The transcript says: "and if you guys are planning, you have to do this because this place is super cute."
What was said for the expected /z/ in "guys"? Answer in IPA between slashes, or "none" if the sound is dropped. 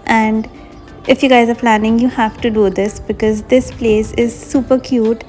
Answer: /z/